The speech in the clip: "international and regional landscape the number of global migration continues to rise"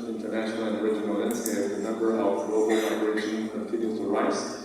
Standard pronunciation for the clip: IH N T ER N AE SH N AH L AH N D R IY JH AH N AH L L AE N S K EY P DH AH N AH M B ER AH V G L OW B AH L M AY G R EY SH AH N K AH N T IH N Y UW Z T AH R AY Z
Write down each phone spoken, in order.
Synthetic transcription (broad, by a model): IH N T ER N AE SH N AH L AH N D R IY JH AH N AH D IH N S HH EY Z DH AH N AH M B ER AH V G L OW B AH L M AY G R EY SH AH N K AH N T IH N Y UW T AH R AY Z